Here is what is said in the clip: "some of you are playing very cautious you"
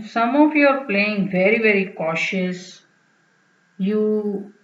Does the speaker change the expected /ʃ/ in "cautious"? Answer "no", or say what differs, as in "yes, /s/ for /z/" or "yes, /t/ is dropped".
no